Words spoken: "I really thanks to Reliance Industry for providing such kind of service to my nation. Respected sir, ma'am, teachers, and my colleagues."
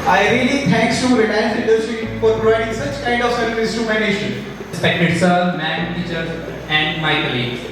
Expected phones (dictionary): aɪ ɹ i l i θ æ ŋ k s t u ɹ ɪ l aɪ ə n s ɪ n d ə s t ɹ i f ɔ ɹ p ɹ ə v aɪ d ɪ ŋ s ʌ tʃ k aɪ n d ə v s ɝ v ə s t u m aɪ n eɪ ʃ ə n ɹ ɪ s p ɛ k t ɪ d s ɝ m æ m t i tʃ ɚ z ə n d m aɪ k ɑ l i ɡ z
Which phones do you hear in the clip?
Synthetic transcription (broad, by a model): aɪ ɹ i l i t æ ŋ k s t u ɹ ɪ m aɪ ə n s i d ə t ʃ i f ɔ ɹ p ɹ ə v aɪ d ɪ ŋ s ʌ tʃ k aɪ n d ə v s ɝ ə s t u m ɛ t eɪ ʃ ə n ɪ s p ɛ k t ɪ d s ɝ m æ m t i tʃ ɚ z ə n d m aɪ k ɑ l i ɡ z